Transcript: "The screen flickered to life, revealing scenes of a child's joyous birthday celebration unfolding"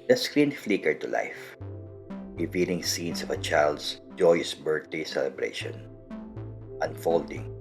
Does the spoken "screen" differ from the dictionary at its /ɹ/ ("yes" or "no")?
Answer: no